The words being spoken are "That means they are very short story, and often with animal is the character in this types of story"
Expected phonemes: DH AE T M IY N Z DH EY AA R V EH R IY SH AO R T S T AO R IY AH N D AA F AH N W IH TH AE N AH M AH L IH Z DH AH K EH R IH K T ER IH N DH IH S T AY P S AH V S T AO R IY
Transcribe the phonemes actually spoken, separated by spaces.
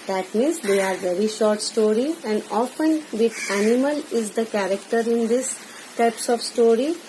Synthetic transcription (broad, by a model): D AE T M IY N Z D EY AA R V EH R IY SH AO R T S T AO R IY AH N D AA F AH N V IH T AE N AH M AH L IH Z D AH K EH R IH K T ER IH N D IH S T AY P S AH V S T AO R IY